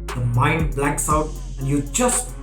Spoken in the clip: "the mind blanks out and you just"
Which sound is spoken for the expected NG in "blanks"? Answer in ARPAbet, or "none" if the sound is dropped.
none